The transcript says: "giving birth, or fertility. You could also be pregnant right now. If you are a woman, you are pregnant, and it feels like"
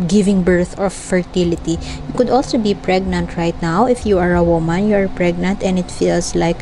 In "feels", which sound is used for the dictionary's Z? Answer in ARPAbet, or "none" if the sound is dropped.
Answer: S